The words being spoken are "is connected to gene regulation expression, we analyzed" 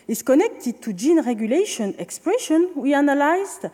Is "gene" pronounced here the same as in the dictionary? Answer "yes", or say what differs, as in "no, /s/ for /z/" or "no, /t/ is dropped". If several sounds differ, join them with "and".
yes